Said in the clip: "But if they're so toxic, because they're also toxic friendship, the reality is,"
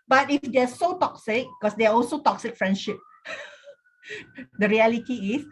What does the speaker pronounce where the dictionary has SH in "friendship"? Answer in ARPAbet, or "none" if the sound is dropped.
SH